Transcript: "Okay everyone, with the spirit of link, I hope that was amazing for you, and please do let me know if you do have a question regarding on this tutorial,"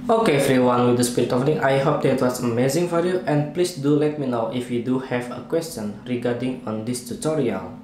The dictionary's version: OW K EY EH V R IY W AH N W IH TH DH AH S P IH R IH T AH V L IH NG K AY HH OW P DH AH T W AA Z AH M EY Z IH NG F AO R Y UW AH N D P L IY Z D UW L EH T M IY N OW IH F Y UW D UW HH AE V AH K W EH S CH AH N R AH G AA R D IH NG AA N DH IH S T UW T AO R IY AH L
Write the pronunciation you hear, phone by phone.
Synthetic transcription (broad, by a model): OW K EY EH F R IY W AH N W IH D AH S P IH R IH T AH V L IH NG AY HH OW P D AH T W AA S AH M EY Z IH NG F AO R Y UW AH N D P L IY S D UW L EH T M IY N OW IH F Y UW D UW HH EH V AH K W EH S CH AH N R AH G AA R D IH NG AA N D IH S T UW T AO R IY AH L